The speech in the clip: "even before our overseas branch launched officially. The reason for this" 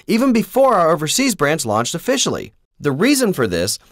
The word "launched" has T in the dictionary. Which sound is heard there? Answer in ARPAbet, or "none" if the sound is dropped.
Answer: T